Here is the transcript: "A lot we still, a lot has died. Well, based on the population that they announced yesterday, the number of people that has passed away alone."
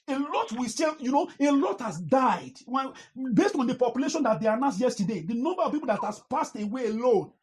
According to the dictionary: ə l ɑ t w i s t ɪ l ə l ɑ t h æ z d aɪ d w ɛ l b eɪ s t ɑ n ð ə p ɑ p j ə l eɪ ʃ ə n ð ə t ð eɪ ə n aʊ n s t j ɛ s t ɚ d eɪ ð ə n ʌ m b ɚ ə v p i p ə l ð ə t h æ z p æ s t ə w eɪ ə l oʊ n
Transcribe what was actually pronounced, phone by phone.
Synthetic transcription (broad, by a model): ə l ɑ t w i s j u n ə l ɑ t h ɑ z d aɪ d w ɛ n b eɪ s t ɑ n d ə p ɑ p j ə l eɪ ʃ ə n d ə t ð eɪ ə n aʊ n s j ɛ s t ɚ d eɪ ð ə n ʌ m b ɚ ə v p i p ə l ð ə t h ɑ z p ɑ s t ə w eɪ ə l oʊ n